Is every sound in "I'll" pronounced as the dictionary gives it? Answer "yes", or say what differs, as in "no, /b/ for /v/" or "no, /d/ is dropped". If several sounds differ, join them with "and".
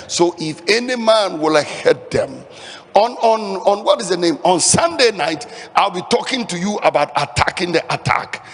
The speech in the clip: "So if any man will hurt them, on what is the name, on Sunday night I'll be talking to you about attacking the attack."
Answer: yes